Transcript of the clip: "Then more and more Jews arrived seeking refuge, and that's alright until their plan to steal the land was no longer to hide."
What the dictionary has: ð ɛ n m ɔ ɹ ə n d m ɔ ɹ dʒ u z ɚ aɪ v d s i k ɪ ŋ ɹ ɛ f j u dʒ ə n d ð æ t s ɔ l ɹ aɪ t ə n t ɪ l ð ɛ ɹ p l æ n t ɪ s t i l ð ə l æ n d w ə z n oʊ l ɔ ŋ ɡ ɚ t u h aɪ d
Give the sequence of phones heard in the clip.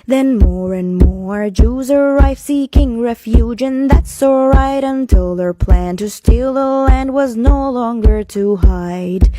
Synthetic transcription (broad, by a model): ð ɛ n m ɔ ɹ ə n m ɔ ɹ dʒ u z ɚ aɪ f s i k ɪ ŋ ɹ ɛ f j u dʒ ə n ð æ t s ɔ ɹ aɪ t ə n t ɪ l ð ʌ ɹ p l æ n t ɪ s t i l ð ə l æ n d w ə z n oʊ l ɔ ŋ ɡ ɚ t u h aɪ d